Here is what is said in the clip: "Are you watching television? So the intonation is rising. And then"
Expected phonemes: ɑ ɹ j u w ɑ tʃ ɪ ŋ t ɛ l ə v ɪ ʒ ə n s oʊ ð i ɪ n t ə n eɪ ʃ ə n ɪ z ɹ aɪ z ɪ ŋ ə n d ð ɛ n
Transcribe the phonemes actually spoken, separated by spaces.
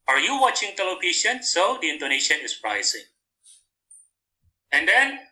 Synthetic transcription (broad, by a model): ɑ ɹ j u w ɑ tʃ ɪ ŋ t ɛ l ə p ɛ ʃ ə n s oʊ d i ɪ n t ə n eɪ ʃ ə n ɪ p ɹ aɪ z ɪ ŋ ə n d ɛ n